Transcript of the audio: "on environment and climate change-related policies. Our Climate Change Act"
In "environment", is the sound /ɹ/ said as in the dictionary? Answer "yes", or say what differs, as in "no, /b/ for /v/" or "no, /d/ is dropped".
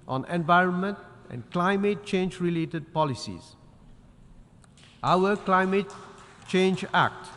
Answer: yes